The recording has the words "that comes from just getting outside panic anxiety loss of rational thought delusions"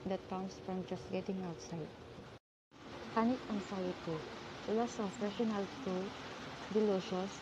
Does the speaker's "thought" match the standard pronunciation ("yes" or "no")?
no